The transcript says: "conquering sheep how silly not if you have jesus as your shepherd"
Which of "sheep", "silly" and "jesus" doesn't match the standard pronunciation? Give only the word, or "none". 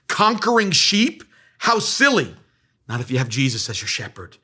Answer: none